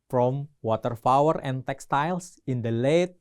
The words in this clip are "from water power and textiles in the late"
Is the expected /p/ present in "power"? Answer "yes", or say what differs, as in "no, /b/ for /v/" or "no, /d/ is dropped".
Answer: no, /f/ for /p/